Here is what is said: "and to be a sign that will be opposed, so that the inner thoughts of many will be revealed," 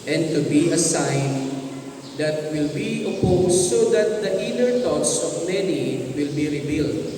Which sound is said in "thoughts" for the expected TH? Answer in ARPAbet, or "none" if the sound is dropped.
T